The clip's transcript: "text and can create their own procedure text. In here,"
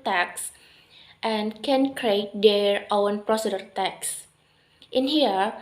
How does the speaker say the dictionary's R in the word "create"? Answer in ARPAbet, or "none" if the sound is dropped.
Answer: R